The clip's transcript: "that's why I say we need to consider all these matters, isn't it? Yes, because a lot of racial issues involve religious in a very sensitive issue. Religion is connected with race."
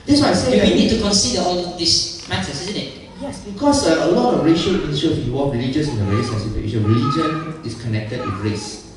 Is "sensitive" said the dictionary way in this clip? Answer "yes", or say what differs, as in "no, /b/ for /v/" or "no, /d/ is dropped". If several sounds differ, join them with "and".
no, /v/ is dropped